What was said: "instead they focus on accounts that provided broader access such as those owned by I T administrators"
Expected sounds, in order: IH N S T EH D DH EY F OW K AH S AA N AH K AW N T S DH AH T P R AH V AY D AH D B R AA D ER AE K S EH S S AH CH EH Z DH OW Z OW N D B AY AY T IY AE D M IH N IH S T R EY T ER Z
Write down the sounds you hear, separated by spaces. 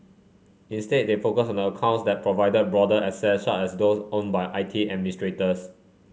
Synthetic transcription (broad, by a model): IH N S T EH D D EY F OW K AH S AA N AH K AW N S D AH T P R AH V AY D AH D B R AA D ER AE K S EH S SH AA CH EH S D OW S OW N B AY AY T IY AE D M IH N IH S T R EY T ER S